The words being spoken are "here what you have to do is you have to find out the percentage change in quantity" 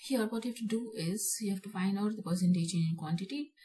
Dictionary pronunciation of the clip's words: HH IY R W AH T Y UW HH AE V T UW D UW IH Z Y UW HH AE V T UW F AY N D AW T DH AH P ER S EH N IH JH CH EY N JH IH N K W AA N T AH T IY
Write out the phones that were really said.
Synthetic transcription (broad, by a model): HH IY R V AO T Y UW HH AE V T UW D UW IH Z Y UW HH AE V T UW F AY N D AW T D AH P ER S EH N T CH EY JH IH N K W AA N T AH T IY